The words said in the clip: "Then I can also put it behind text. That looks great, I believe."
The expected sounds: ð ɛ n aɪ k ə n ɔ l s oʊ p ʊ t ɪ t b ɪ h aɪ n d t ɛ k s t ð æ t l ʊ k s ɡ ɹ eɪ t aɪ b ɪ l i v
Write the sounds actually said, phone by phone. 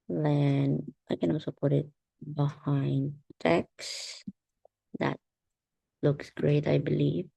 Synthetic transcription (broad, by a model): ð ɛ n aɪ k ə n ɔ s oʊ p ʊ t ɪ t b ɪ h aɪ n d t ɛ k s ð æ t l ʊ k s ɡ ɹ eɪ t aɪ b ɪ l i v